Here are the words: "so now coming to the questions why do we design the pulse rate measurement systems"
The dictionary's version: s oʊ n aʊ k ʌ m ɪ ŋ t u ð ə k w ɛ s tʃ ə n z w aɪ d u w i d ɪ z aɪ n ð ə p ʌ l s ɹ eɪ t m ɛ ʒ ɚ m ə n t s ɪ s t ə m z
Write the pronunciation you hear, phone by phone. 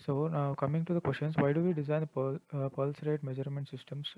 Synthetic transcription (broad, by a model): s oʊ n aʊ k ʌ m ɪ ŋ t u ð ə k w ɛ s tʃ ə n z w aɪ d u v i d ɪ z aɪ n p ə p ʌ l s ɹ eɪ t m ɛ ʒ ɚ m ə n t s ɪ s t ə m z